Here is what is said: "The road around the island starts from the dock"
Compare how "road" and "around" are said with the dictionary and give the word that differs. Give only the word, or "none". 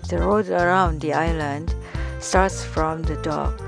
none